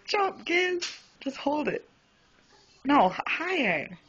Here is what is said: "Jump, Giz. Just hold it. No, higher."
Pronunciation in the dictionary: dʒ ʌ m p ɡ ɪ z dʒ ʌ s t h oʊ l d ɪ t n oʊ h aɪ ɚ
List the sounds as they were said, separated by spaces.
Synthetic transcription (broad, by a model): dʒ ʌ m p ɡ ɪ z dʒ ʌ s t h oʊ l d ɪ t n oʊ h aɪ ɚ